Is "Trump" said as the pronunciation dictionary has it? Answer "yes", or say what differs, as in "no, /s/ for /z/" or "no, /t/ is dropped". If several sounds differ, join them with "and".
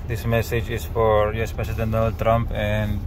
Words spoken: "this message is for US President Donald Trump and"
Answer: yes